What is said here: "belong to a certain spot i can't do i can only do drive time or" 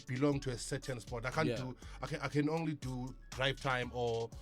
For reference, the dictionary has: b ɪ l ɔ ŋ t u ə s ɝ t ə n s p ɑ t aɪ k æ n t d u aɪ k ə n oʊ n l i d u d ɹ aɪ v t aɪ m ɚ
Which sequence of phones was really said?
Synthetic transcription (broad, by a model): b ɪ l ɔ ŋ t u ə s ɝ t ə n s p ɑ t aɪ k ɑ n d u aɪ k ə n oʊ n l i d u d ɹ aɪ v t aɪ m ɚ